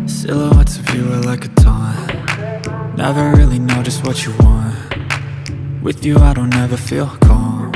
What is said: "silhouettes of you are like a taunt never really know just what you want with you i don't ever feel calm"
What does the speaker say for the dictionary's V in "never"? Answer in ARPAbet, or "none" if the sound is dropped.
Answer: V